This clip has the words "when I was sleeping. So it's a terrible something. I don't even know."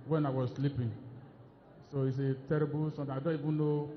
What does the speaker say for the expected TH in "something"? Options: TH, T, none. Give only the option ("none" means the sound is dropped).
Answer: T